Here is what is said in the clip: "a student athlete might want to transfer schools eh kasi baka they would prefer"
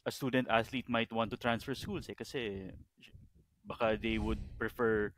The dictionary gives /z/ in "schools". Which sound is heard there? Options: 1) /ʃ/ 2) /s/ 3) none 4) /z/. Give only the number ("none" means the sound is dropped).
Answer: 2